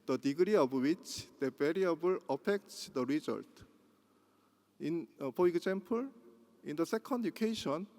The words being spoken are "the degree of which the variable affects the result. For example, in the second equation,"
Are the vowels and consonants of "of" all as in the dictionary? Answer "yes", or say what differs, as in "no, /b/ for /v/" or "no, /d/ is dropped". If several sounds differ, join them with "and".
no, /b/ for /v/